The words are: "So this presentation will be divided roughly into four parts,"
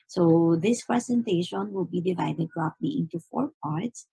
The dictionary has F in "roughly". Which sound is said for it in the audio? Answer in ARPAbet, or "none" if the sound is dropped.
P